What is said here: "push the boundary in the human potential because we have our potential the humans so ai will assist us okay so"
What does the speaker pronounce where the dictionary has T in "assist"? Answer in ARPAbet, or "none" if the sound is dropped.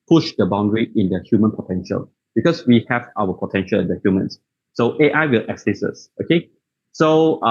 none